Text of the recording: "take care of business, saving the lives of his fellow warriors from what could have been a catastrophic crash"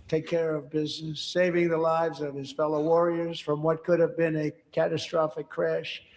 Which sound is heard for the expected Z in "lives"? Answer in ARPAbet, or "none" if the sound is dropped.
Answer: Z